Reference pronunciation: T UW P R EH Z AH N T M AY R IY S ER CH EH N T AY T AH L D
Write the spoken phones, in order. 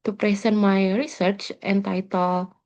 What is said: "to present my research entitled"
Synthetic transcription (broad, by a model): T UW P R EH S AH N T M AY R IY S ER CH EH N T AY T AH L